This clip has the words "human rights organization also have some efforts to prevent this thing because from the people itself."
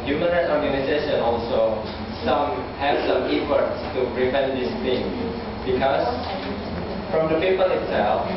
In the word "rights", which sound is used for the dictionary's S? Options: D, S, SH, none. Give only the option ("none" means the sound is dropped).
none